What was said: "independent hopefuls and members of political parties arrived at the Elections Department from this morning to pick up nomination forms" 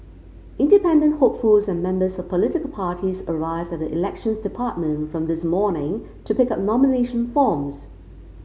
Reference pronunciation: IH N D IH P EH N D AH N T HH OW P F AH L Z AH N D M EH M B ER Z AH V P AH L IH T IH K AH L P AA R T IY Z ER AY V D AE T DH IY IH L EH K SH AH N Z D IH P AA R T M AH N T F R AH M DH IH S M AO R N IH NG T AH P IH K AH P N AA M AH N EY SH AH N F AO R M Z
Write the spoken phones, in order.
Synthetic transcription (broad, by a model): IH N D IH P EH N D AH N T HH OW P F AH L Z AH N M EH M B ER Z AH V P AH L IH T IH K AH L P AA R T IY Z ER AY V D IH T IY IH L EH K SH AH N Z D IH P AA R T M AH N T F R AH M DH IH S M AO R N IH NG T AH P IH K AH P N AA M AH N EY SH AH N F AO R M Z